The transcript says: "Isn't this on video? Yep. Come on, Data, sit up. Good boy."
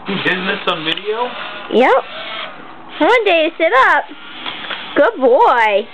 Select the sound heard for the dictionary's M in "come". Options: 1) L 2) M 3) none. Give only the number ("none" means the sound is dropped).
3